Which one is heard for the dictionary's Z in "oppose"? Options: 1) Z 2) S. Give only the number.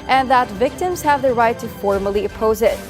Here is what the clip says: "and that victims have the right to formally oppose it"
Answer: 1